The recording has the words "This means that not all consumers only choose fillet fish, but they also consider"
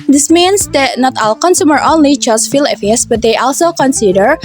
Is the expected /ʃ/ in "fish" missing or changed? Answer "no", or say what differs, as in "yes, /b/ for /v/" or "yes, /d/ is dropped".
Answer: yes, /s/ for /ʃ/